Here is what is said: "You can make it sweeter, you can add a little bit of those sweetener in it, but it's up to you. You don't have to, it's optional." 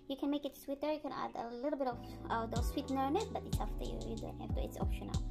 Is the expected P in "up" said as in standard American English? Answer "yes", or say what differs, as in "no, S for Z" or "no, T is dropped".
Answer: no, F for P